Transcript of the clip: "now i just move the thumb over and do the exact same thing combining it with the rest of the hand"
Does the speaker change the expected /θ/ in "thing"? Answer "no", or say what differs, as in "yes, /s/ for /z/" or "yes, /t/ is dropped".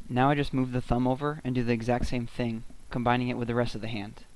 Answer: no